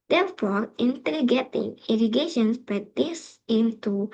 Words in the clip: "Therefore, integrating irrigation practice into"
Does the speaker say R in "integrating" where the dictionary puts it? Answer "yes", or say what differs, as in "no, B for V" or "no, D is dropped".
no, R is dropped